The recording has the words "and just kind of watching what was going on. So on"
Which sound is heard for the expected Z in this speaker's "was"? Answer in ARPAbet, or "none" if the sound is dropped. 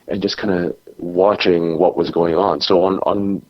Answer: Z